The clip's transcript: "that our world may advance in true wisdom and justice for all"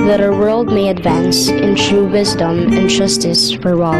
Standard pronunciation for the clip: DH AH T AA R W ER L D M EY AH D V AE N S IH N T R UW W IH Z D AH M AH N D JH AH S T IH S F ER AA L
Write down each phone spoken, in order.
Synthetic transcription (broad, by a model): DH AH T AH W ER L D M EY AH D V AE N S IH N T R UW W IH Z D AH M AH N JH AH S T IH S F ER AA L